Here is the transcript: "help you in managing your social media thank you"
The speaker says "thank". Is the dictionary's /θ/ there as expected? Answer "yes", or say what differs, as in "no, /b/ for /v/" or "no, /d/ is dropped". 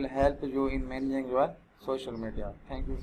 no, /t/ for /θ/